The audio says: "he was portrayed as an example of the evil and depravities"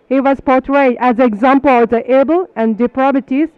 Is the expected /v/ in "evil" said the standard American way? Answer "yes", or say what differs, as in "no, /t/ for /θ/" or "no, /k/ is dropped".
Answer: no, /b/ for /v/